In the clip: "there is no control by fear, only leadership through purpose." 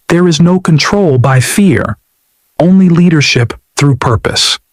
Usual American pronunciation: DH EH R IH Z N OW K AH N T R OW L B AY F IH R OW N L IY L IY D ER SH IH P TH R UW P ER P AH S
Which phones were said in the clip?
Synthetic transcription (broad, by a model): DH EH R IH Z N OW K AH N T R OW L B AY F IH R OW N L IY L IY D ER SH IH P TH R UW P ER P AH S